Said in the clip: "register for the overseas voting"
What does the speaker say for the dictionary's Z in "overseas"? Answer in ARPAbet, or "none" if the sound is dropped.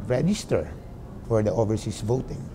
S